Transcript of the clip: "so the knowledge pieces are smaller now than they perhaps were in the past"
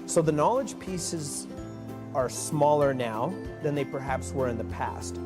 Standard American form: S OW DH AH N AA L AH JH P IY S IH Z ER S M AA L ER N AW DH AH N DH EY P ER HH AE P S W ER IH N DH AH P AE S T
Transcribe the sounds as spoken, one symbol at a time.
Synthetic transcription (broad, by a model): S OW DH AH N AA L AH JH P IY S IH Z ER S M AA L ER N AW DH AH N DH EY P ER HH AE P S W ER IH N DH AH P AE S T